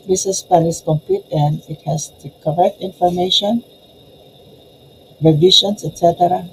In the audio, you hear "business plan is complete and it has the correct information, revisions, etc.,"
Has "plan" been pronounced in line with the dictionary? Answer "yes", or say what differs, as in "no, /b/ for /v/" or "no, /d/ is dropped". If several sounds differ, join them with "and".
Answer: no, /l/ is dropped